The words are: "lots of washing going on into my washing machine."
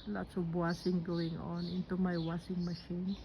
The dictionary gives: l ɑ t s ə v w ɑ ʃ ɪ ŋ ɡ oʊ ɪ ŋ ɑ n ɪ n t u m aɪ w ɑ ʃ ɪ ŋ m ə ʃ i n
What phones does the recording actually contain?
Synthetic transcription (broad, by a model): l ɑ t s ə b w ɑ s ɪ ŋ ɡ oʊ ɪ ŋ ɑ n ɪ n t u m aɪ w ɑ s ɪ ŋ m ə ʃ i n